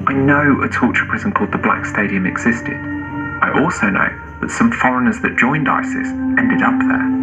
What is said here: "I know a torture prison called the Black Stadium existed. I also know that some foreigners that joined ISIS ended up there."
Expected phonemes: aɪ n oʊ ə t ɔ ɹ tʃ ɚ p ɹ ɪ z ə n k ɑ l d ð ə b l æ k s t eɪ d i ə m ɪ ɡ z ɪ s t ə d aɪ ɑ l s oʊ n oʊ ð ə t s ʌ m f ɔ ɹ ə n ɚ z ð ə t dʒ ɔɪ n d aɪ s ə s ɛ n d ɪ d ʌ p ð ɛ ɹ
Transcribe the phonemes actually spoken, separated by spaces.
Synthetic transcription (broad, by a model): aɪ n oʊ ə t ɔ tʃ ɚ p ɹ ɪ z ə n k ɑ l d ð ə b l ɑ k s t eɪ d i ə m ɪ ɡ z ɪ s t ə d aɪ ɑ l s oʊ n oʊ ð ə t s ʌ m f ɔ ɹ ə n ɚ z ð ə t dʒ ɔɪ n d aɪ s ə s ɛ n d ɪ d ʌ p ð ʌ